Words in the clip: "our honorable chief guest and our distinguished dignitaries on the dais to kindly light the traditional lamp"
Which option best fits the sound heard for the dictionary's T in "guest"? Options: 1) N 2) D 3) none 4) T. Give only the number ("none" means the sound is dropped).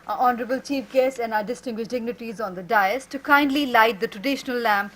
3